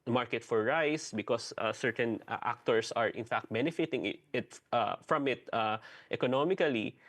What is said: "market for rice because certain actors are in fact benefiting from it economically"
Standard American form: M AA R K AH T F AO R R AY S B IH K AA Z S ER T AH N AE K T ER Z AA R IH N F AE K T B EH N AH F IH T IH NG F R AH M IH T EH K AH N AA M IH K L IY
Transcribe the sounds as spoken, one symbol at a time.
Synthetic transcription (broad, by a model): M AA R K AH T F AO R R AY S B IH K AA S S ER T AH N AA K T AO S AA R IH N F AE K T B EH N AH F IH T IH NG F R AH M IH T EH K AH N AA M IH K L IY